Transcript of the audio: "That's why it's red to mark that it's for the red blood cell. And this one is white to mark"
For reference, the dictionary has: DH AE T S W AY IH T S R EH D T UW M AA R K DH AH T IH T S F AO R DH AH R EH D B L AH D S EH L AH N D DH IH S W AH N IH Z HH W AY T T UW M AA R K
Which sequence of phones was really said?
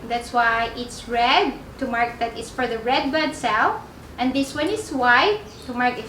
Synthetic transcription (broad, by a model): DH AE T S W AY IH T S R EH D T UW M AA R K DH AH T IH T S F AO R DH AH R EH D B AH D S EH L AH N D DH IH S W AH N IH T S W AY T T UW M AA R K